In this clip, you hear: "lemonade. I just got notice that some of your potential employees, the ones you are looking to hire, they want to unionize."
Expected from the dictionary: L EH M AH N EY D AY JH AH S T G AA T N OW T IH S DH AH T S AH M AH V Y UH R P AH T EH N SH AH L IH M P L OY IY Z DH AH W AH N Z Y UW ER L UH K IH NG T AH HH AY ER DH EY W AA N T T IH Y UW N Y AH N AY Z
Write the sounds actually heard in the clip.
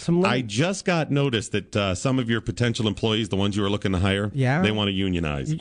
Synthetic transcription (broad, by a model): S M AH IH JH AH S T G AA T N OW T IH S DH AH T S AH M AH V Y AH R P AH T EH N SH L IH M P L OY IY Z DH AH W AH N Z Y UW ER L UH K IH NG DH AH HH AY ER DH EY W AA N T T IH Y UW N Y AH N AY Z